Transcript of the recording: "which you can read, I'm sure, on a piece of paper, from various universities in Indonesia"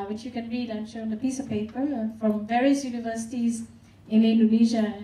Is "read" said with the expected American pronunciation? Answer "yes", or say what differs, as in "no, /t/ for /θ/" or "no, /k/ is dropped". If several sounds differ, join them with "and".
yes